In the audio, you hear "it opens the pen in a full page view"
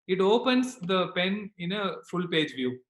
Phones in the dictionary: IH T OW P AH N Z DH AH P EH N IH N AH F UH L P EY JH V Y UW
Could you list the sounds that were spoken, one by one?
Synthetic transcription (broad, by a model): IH T OW P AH N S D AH P EH N IH N AH F UH L P EY JH V Y UW